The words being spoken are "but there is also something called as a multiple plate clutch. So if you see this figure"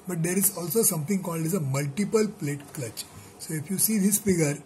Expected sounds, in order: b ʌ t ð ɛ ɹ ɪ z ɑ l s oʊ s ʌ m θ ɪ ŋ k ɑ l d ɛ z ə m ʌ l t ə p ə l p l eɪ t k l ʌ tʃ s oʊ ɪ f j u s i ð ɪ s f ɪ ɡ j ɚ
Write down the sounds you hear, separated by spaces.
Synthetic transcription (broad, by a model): b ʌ t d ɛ ɹ ɪ z ɑ l s oʊ s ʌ m t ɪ ŋ k ɑ l d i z ə m ʌ l t ə p ə l p l eɪ t k l ʌ tʃ s oʊ ɪ f j u s i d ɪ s f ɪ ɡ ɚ